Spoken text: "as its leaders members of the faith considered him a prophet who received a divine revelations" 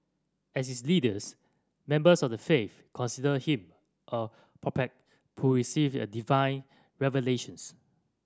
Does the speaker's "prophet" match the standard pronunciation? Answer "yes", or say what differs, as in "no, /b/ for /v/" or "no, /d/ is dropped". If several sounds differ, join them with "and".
no, /p/ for /f/